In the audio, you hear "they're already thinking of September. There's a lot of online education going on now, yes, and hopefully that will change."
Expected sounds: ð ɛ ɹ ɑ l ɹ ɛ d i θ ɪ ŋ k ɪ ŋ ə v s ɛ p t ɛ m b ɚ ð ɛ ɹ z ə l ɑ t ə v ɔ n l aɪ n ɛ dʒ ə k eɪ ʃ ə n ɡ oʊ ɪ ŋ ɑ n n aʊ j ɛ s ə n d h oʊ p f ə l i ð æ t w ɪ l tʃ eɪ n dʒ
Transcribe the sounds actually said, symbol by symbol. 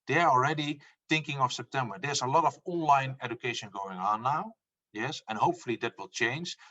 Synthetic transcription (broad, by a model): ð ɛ ɑ l ɹ ɛ d i θ ɪ ŋ k ɪ ŋ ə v s ɛ p t ɛ m b ɚ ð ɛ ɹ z ə l ɑ t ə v ɔ n l aɪ n ɛ dʒ ə k eɪ ʃ ə n ɡ oʊ ɪ ŋ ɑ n n aʊ j ɛ s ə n h oʊ p f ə l i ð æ t w ɪ l tʃ eɪ n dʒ